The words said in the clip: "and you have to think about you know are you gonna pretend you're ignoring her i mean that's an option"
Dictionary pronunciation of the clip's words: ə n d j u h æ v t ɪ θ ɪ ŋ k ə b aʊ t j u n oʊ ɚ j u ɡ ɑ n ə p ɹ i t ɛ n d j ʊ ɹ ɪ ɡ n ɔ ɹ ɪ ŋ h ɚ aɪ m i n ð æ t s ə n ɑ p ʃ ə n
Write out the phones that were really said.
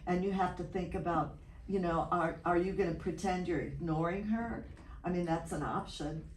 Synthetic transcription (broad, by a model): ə n j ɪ h æ f t ɪ θ ɪ ŋ k ə b aʊ t j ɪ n oʊ ɚ j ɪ ɡ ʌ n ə p ɹ i t ɛ n d j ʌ ɹ ɪ ɡ n ɔ ɹ ɪ ŋ h ɚ aɪ m i n ð æ t s ə n ɑ p ʃ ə n